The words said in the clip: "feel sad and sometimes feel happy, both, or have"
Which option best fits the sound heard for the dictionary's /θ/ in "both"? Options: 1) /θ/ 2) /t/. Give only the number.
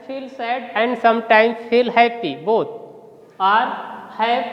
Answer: 2